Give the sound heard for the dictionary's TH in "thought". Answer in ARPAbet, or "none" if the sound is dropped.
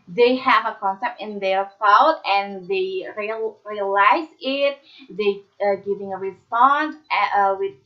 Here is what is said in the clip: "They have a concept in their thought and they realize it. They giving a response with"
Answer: F